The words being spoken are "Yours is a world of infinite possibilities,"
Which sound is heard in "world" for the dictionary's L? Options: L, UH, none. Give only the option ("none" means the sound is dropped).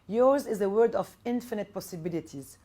none